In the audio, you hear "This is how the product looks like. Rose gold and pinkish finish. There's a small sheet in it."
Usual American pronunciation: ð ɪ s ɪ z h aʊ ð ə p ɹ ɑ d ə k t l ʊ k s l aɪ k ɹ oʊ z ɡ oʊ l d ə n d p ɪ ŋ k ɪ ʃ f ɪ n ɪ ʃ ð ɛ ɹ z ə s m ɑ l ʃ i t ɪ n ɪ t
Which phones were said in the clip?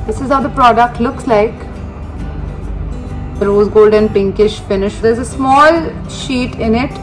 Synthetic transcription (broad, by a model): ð ɪ s ɪ z h aʊ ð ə p ɹ ɑ d ə k t l ʊ k s l aɪ k ɹ oʊ z ɡ oʊ l d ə n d p ɪ ŋ k ɪ ʃ f ɪ n ɪ ʃ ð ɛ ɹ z ə s m ɑ l ʃ i t ɪ n ɪ t